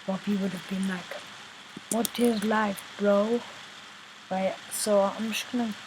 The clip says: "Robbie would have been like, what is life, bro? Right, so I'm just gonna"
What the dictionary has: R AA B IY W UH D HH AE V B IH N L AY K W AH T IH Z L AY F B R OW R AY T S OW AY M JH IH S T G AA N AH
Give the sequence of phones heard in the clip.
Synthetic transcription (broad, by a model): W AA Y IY W UH D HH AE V B IH N L AY K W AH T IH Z L AY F B R OW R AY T S OW AY M SH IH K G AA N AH